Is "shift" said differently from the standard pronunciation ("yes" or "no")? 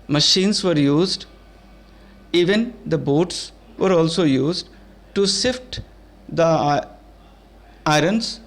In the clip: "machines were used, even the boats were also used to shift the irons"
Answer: yes